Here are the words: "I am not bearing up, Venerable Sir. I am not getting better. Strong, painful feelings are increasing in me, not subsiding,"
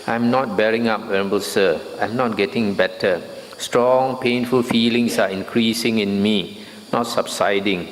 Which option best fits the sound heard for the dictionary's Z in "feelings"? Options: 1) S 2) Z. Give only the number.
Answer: 1